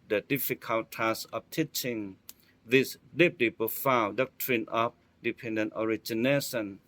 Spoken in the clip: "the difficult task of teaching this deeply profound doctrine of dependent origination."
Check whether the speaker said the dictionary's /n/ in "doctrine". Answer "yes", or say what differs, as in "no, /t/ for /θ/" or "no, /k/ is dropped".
yes